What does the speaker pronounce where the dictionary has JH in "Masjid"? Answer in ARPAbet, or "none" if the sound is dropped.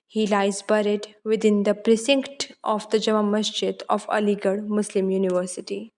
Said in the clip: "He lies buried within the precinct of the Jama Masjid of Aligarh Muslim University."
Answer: CH